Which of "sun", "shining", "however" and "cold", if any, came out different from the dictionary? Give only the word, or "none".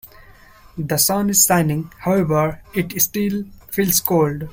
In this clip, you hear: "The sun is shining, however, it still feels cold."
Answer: shining